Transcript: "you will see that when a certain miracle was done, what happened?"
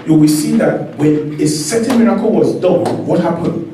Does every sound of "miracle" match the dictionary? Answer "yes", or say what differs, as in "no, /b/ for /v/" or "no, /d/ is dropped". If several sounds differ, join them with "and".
yes